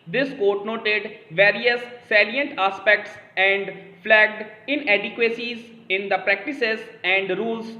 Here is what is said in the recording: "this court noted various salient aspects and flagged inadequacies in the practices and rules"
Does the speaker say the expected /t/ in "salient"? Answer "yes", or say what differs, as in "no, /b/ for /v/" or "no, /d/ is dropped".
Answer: yes